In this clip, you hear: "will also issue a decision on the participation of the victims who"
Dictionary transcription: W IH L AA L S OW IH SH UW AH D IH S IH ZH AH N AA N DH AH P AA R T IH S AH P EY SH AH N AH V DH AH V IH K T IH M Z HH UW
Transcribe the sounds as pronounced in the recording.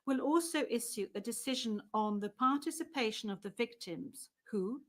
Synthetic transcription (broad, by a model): W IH L AA L S OW IH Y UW AH D IH S IH ZH AH N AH N DH AH P AA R T IH S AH P EY SH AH N AH V DH AH V IH K T IH M Z HH UW